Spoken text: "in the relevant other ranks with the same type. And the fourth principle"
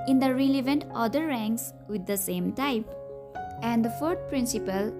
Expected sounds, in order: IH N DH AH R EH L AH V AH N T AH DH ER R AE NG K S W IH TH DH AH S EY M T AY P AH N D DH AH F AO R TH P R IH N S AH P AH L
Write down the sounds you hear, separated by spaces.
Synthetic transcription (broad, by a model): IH N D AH R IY L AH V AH N T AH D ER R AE NG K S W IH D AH S EY M T AY P AH N D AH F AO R T P R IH N S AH P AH L